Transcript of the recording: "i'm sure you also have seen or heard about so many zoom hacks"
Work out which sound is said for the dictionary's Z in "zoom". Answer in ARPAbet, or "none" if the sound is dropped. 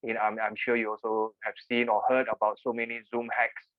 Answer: Z